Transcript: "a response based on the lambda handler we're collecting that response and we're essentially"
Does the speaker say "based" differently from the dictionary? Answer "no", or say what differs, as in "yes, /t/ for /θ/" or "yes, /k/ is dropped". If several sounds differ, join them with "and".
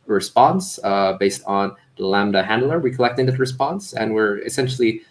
no